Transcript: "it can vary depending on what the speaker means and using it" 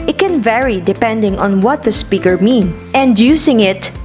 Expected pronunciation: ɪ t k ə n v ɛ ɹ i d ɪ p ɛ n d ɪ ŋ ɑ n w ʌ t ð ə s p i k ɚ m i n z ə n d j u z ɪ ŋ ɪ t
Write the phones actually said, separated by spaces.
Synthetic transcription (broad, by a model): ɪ t k ə n v ɛ ɹ i d ɪ p ɛ n d ɪ ŋ ɑ n w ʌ t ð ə s p i k ɚ m i n ə n d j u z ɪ ŋ ɪ t